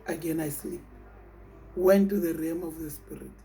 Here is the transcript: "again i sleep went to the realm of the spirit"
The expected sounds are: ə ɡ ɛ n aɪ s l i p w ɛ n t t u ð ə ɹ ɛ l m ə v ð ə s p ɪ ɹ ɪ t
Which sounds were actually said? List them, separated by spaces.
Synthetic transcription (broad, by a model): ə ɡ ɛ n aɪ s l i p w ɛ n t t u ð ə ɹ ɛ m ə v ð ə s p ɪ ɹ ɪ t